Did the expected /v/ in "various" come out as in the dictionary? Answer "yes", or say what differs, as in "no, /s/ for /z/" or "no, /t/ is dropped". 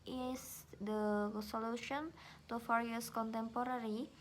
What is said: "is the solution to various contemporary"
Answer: no, /f/ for /v/